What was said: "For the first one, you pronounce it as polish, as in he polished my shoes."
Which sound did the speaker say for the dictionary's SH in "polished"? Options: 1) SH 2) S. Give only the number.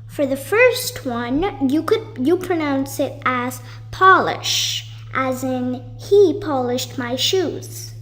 1